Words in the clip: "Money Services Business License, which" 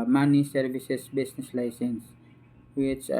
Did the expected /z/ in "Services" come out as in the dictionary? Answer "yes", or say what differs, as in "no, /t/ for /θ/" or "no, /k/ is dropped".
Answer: no, /s/ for /z/